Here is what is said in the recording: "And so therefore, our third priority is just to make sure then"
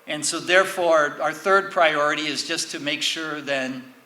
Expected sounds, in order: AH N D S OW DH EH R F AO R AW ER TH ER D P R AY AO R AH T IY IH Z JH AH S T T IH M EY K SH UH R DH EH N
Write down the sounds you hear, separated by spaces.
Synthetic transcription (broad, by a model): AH N S OW DH EH R F AO R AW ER TH ER D P R AY AO R AH T IY IH Z JH AH S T T IH M EY K SH UH R DH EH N